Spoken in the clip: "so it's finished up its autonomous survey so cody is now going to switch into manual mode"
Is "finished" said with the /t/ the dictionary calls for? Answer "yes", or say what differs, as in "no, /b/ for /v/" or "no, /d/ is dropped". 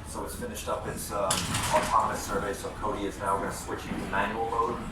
yes